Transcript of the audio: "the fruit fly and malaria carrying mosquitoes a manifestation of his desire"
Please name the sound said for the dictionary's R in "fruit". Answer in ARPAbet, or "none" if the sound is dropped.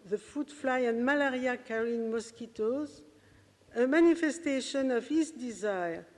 none